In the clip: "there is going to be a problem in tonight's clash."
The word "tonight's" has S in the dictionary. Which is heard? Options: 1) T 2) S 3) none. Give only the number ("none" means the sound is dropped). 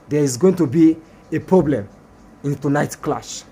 3